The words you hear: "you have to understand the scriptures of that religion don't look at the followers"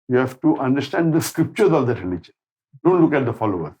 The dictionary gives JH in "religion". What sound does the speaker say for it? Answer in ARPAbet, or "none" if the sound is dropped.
CH